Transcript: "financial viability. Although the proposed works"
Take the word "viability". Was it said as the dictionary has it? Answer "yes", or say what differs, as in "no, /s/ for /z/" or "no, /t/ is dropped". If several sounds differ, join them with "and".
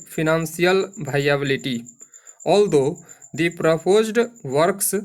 no, /b/ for /v/